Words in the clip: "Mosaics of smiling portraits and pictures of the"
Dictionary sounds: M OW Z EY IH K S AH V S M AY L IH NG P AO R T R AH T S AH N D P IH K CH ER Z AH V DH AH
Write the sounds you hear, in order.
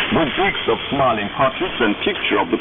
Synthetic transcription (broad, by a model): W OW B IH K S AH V S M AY L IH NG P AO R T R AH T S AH N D P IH K CH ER AH V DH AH